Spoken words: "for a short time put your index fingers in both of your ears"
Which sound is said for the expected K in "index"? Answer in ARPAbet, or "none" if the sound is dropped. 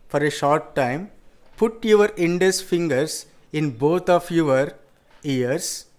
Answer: none